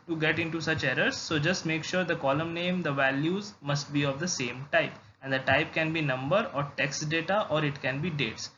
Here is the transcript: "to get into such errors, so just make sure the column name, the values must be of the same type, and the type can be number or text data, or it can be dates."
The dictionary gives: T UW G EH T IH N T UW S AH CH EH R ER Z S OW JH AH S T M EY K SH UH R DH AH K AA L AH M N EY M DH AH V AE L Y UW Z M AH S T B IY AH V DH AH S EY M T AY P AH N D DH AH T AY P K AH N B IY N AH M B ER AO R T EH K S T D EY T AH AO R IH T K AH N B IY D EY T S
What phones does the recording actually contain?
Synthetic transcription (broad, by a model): T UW G EH T IH N T UW S AH CH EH R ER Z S OW JH AH S T M EY K SH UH R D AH K AA L AH M N EY M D AH V AE L Y UW Z M AH S T B IY AH V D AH S EY M T AY P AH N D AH T AY P K AH N B IY N AH M B ER AO R T EH K S T D EY T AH AO R IH T K AH N B IY D EY T S